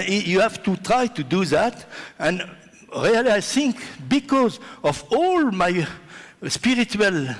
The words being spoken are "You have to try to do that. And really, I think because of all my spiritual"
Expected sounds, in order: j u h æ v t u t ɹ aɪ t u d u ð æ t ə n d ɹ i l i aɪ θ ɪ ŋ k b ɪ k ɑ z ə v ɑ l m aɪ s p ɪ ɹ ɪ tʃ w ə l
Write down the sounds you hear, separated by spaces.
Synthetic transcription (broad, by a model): j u h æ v t u t ɹ aɪ t u d u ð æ t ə n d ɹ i l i aɪ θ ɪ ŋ k b ɪ k ɑ z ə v ɑ l m aɪ s p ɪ ɹ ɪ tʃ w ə l